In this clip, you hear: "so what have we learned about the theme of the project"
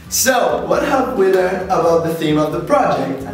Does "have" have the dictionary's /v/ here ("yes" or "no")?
no